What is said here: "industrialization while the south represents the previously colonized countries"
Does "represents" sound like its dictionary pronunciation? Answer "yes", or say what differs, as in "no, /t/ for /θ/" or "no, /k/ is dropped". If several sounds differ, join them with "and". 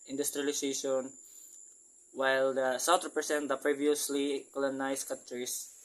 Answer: no, /s/ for /z/